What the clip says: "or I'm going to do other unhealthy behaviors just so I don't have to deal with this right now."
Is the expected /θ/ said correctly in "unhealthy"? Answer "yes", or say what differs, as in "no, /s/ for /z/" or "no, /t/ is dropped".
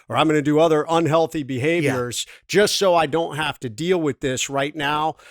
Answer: yes